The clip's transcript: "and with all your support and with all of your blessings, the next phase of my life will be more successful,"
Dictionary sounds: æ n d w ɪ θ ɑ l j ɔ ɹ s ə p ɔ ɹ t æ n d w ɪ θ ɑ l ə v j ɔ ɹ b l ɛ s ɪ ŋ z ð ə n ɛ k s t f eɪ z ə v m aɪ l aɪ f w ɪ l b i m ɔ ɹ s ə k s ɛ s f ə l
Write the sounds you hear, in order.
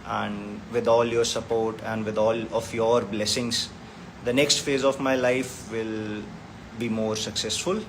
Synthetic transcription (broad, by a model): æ n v ɪ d ɑ l j ɔ ɹ s ə p ɔ ɹ t æ n d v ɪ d ɑ l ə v j ɔ ɹ b l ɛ s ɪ ŋ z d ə n ɛ k s t f eɪ z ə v m aɪ l aɪ f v ɪ l b i m ɔ ɹ s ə k s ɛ s f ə l